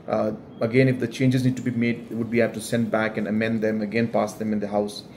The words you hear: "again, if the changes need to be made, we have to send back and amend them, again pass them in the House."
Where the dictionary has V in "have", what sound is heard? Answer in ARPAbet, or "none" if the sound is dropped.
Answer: P